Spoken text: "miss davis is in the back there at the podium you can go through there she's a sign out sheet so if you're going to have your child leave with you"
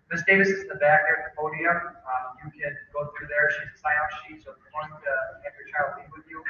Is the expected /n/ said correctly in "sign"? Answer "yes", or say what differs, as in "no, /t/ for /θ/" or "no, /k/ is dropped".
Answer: no, /n/ is dropped